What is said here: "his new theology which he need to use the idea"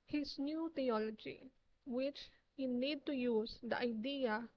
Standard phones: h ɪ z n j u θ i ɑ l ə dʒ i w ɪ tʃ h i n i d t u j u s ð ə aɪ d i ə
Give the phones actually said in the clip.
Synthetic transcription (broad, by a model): h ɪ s n j u t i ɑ l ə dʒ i w ɪ tʃ h i n i d t u j u s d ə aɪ d i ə